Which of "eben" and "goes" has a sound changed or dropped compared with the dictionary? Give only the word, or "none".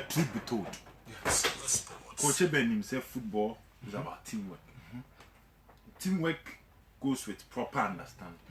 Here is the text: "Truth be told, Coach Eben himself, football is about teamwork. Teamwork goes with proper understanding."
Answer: goes